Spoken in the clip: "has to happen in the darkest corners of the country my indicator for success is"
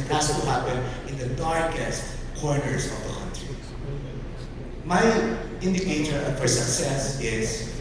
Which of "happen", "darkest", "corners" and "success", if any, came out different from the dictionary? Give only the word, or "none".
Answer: corners